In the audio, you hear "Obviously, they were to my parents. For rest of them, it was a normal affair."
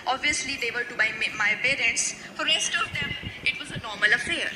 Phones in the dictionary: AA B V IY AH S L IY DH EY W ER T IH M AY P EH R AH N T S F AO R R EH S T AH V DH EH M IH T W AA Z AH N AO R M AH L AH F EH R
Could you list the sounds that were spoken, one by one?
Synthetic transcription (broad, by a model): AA B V IY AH S L IY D EY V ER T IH M AY P EH R AH N T S F AO R R EH S T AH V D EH M IH T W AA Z AH N AO R M AH L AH F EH R